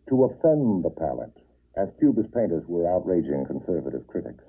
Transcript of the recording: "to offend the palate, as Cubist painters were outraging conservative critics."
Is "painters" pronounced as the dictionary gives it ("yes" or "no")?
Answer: yes